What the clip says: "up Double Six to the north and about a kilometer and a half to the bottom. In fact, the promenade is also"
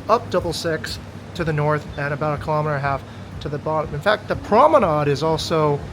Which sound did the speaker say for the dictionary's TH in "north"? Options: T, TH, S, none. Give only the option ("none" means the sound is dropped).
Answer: TH